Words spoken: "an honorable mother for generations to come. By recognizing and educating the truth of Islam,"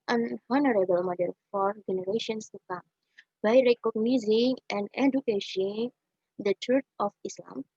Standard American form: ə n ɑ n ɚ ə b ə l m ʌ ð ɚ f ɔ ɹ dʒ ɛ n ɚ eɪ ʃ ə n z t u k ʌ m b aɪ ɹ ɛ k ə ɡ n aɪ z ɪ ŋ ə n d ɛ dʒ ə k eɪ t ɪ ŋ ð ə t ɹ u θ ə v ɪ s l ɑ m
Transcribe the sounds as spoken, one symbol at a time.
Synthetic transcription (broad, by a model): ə n ɑ n ɚ ə b ə l m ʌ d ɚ f ɔ ɹ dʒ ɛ n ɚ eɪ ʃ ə n s t u k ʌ m b aɪ ɹ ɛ k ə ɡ n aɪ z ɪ ŋ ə n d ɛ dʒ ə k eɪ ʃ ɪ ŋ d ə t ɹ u t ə f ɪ s l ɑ m